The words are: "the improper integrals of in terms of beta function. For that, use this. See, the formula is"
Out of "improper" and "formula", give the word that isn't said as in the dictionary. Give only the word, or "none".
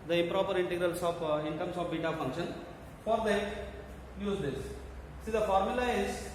none